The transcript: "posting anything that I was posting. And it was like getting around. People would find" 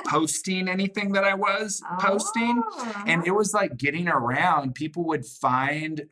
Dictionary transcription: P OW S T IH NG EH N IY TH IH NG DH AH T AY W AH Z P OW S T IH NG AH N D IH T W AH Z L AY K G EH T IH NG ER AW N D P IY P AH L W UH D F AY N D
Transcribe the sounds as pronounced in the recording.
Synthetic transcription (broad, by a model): P OW S T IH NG EH N IY TH IH NG DH AH T AY W AH Z P OW S T IH NG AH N IH T W AH Z L AY K G EH T IH NG ER AW N D P IY P L W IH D F AY N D